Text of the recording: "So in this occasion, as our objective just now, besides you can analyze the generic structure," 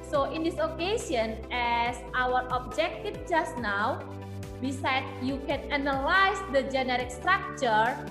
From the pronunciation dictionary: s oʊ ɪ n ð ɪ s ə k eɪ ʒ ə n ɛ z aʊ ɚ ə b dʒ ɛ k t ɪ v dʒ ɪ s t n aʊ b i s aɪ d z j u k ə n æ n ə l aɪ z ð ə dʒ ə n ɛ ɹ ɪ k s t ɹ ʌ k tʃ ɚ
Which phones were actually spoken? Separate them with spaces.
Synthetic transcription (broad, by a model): s oʊ ɪ n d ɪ s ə k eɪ s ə n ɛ s aʊ ɚ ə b dʒ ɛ k t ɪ f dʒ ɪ s n aʊ b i s aɪ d s j u k ə n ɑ n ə l aɪ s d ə dʒ ə n ɛ ɹ ɪ k s t ɹ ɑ k tʃ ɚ